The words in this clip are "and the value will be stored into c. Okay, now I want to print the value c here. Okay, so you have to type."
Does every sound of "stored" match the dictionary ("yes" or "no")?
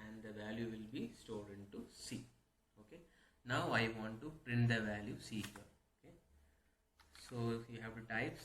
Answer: no